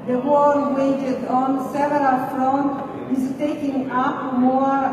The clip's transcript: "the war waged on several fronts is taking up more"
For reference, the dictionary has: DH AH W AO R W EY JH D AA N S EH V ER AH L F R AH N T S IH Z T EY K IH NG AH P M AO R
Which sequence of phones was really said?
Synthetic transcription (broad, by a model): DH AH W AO L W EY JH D AA N S EH V ER AH L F R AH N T IH Z T EY K IH NG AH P M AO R